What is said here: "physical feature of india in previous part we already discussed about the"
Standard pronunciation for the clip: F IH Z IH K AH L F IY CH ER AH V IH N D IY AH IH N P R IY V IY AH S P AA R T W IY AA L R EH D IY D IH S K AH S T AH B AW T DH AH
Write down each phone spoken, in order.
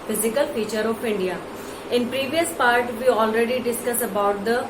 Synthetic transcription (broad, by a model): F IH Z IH K AH L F IY CH ER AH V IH N D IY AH IH N P R IY V IY AH S P AA R T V IY AA L R EH D IY D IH S K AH S AH B AW T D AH